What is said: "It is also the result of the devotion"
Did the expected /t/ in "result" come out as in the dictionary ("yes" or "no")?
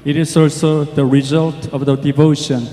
yes